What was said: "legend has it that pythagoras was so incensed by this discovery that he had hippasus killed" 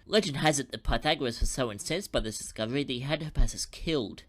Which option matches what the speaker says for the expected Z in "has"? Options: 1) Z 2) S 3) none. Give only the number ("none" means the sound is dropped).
1